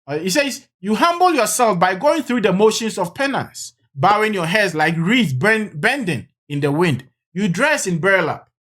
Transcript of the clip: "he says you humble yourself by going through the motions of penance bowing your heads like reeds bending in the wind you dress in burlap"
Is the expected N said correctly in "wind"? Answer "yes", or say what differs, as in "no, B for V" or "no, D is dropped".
yes